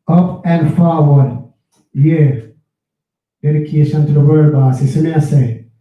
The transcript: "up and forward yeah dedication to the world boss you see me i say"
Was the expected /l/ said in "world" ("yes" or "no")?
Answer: no